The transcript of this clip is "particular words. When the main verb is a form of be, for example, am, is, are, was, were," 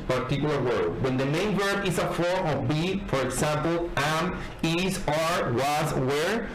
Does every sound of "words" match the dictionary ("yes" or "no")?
no